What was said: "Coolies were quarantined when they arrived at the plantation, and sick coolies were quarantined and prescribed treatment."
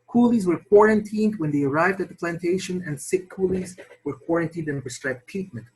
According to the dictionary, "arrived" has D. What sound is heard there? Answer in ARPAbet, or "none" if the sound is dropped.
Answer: D